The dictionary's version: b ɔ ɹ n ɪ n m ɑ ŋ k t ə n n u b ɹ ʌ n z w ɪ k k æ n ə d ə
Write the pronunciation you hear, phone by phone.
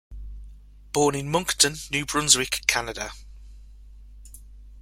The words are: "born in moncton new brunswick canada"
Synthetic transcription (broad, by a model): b ɔ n ɪ n m ɑ ŋ k t ə n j u b ɹ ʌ n z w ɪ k k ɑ n ə d ə